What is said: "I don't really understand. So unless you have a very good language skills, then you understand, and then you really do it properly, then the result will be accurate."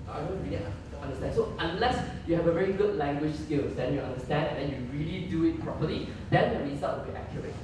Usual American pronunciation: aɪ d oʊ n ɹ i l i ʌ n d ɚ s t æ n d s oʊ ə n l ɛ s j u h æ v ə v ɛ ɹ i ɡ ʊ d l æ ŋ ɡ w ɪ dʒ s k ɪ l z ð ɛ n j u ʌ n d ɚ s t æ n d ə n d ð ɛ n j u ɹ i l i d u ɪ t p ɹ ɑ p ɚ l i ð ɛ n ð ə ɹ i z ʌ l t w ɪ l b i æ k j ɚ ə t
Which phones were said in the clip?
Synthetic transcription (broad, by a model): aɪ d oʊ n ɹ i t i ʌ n d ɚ s t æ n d s oʊ ə n l ɛ s j u h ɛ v ə v ɛ ɹ i ɡ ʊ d l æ ŋ ɡ w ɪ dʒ s k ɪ l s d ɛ n j u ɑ n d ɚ s t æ n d ə n d ɛ n j u ɹ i l i d u ɪ t p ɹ ɑ p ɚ l i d ɛ n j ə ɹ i s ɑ t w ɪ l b i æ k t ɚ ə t